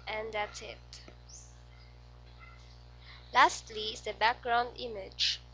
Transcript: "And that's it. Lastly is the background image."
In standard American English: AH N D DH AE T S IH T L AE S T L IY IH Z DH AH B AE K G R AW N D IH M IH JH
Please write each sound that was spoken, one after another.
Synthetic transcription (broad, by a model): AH N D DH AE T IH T L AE S T L IY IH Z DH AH B AE K G R AW N D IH M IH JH